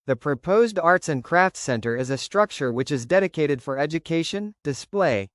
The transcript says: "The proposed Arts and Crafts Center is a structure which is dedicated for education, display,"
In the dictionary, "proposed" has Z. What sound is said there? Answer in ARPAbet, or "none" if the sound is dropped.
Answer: Z